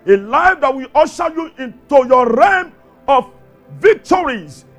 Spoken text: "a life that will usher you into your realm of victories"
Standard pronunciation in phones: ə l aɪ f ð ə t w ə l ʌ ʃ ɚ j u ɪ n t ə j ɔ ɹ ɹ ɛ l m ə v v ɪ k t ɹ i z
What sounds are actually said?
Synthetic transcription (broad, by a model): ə l aɪ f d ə t w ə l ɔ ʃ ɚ j u ɪ n t ə j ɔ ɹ ɹ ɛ m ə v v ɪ k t ɹ i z